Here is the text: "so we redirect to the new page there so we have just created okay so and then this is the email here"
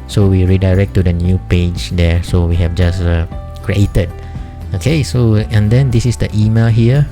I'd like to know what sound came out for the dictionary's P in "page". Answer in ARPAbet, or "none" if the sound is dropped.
P